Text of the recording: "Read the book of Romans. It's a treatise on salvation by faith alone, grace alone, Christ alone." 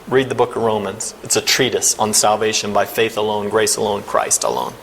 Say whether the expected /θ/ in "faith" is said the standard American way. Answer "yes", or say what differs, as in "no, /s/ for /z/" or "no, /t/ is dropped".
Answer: yes